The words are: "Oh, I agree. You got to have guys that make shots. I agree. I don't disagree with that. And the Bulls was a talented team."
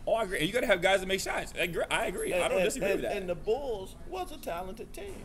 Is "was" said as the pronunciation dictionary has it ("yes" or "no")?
no